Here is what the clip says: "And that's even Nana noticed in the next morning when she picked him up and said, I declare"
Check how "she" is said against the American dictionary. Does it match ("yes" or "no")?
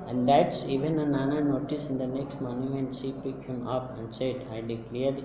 no